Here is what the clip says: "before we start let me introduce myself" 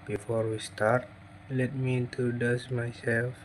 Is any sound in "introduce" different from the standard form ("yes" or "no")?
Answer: yes